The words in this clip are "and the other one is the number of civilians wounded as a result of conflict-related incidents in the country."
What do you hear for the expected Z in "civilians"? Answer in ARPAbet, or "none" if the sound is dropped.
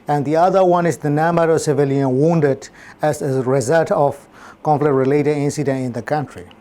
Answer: none